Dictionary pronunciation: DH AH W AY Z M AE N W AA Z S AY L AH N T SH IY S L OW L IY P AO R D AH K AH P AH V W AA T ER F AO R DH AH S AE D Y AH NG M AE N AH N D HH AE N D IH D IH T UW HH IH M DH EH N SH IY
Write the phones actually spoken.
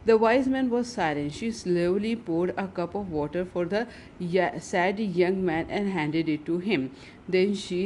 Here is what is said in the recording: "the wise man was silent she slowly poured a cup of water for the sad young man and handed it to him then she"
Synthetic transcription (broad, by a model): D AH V AY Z M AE N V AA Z S AY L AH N SH IY S L OW L IY P AO R D AH K AH P AH V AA T ER F AO R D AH S AE D Y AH NG M AE N AH N D HH AE N D IH D IH T UW HH IH M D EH N SH IY